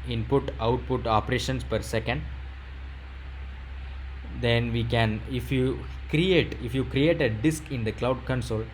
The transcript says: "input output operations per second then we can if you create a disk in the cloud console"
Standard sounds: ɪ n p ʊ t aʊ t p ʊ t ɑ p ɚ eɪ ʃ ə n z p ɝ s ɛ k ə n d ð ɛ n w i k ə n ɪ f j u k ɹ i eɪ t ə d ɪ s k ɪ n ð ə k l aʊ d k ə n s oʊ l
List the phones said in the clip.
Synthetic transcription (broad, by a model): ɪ n p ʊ t aʊ t p ʊ t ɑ p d eɪ ʃ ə n s p ɝ s ɛ k ə n d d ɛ n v i k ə n ɪ f j u k ɹ i eɪ t ə d ɪ s k ɪ n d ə k l aʊ d k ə n s oʊ l